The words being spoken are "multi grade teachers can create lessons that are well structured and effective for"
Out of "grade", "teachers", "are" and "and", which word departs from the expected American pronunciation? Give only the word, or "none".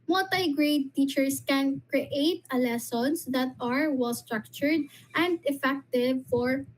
teachers